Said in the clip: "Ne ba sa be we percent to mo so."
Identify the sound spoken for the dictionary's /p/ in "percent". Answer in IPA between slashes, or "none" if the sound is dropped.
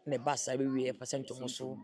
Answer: /f/